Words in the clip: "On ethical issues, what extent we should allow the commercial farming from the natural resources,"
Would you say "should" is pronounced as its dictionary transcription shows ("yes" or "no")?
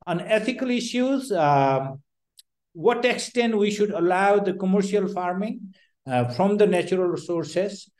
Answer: yes